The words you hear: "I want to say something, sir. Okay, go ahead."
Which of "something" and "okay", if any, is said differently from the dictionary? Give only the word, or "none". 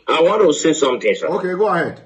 something